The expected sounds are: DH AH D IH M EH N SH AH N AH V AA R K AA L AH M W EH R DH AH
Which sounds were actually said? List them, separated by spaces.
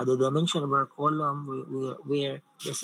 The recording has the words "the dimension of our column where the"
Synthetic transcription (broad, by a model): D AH D IH M EH N SH AH N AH B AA K AA L AH M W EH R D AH